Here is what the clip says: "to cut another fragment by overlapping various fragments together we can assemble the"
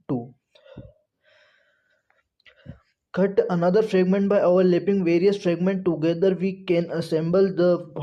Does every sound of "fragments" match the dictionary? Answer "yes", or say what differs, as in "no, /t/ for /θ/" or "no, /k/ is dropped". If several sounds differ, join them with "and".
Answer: no, /s/ is dropped